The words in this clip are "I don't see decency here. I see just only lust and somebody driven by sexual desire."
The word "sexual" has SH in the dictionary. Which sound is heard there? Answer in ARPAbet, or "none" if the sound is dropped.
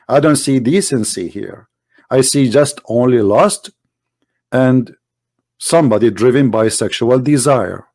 SH